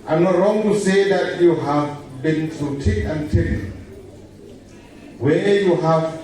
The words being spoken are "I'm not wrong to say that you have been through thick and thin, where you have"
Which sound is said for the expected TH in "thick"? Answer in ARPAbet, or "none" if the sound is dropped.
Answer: T